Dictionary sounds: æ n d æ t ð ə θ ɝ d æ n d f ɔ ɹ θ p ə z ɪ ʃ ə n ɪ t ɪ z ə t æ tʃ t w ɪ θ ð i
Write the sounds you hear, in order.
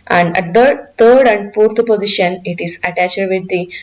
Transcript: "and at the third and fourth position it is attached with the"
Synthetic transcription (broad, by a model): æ n d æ t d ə t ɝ d æ n d f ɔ ɹ t p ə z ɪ ʃ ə n ɪ t ɪ z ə t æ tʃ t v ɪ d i